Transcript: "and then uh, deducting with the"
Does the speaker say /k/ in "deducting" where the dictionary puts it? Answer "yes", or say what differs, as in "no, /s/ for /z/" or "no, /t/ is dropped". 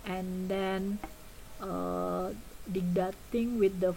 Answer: no, /k/ is dropped